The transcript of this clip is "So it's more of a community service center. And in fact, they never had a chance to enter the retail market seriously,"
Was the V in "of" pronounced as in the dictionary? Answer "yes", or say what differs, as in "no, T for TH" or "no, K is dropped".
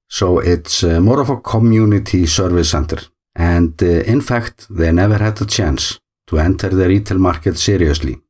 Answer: no, F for V